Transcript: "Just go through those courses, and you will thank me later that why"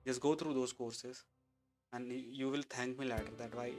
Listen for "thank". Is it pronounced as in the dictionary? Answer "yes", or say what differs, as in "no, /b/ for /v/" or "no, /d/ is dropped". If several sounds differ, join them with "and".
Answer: no, /t/ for /θ/